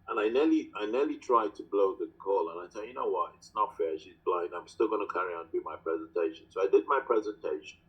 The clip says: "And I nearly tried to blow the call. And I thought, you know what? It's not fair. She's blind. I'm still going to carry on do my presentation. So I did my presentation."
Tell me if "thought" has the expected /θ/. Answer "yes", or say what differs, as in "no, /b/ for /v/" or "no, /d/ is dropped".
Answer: no, /s/ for /θ/